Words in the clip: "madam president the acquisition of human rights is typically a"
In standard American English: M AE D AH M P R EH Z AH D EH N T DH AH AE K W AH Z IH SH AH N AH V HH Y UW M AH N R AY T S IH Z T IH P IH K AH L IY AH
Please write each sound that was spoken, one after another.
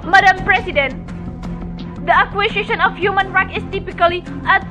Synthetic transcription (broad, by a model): M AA D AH M P R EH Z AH D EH N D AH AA K W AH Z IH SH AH N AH F HH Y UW M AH N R AY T IH S T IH P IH K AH L IY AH